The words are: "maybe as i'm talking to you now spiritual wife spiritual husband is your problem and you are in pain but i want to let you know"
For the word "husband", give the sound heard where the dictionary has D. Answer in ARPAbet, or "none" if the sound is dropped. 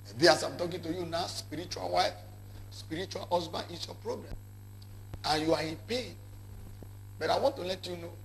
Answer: none